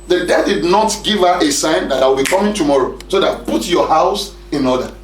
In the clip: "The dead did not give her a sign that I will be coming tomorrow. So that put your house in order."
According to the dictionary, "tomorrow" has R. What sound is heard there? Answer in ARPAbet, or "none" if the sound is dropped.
R